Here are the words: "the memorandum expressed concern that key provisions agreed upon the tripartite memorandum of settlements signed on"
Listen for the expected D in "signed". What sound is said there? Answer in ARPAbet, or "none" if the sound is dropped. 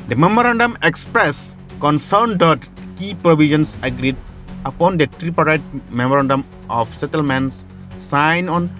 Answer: none